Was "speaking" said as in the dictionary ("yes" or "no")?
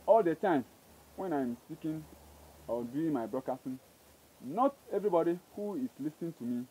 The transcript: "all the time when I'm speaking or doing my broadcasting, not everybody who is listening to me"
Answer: no